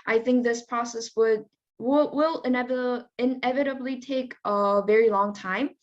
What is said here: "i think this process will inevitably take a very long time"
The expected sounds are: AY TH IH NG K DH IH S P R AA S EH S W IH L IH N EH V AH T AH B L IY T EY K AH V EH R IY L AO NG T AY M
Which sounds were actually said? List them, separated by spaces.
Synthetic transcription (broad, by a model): AY TH IH NG K DH IH S P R AA S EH S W IH L IH N EH V AH T AH B L IY T EY K AH V EH R IY L AO NG T AY M